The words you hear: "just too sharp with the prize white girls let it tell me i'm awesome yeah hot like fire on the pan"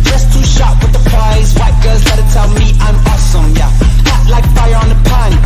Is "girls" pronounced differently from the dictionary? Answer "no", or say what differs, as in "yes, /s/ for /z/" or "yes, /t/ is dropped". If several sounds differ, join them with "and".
yes, /l/ is dropped